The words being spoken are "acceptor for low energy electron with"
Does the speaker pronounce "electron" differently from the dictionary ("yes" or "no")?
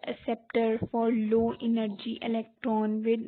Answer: no